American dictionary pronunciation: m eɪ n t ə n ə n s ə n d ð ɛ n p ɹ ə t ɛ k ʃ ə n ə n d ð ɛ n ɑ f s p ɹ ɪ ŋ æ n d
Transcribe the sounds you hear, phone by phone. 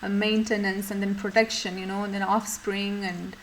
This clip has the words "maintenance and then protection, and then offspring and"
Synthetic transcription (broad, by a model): m eɪ n t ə n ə n s ə n d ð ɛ n p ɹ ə t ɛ k ʃ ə n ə n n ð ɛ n ɑ f s p ɹ ɪ ŋ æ n d